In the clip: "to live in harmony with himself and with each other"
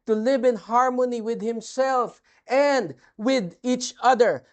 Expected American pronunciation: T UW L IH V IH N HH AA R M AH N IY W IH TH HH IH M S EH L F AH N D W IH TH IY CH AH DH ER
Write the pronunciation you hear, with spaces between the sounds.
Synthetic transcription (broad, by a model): T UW L IH V IH N HH AA R M AH N IY W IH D HH IH M S EH L F AH N D W IH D IY CH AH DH ER